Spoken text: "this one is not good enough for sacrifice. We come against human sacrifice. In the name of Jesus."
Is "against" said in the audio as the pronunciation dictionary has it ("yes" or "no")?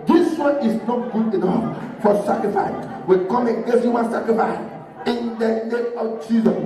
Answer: no